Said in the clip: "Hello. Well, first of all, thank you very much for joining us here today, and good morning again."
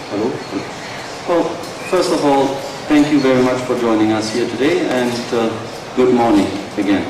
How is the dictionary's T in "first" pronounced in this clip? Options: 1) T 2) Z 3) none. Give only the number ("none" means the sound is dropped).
1